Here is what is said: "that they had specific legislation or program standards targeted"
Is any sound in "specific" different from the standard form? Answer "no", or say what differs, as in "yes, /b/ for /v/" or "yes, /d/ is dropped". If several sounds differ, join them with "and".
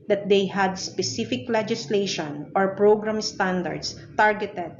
no